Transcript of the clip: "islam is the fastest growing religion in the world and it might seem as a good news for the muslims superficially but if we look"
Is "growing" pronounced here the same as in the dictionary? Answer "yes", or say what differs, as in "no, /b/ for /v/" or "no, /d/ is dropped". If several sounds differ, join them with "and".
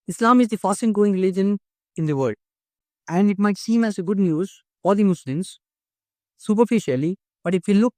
no, /ɹ/ is dropped